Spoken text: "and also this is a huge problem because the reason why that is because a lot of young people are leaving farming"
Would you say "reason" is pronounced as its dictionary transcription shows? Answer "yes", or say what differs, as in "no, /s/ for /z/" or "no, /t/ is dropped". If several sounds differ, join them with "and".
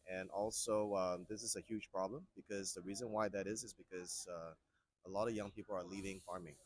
yes